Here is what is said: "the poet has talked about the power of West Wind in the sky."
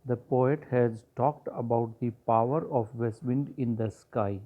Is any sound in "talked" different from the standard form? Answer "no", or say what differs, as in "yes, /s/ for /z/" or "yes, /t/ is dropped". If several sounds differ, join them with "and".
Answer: no